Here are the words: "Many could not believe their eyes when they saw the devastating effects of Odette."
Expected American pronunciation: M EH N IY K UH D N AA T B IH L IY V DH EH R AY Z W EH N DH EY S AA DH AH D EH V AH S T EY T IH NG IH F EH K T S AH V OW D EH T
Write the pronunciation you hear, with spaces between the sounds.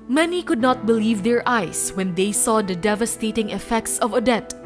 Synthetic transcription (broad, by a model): M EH N IY K UH D N AA T B IH L IY V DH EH R AY S W EH N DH EY S AA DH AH D EH V AH S T EY T IH NG IH F EH K T S AH V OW D EH T